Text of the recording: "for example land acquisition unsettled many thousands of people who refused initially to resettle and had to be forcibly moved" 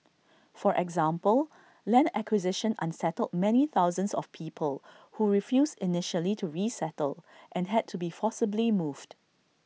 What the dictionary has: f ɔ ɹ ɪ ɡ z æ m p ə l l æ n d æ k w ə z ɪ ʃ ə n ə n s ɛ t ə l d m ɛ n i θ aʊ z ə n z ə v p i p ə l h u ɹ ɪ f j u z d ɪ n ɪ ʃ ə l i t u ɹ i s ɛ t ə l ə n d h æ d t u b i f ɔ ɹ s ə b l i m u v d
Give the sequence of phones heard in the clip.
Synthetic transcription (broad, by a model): f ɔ ɹ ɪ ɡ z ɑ m p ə l l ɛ n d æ k w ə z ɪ ʃ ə n ə n s ɛ t ə l d m ɛ n i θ aʊ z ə n s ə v p i p ə l h u ɹ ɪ f j u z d ɪ n ɪ ʃ ə l i t u ɹ i s ɛ t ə l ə n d h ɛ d t u b i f ɔ s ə b l i m u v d